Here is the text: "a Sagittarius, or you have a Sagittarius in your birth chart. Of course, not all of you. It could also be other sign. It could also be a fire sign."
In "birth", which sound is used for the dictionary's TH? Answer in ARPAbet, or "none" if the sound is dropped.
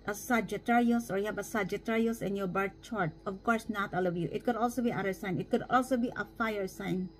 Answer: T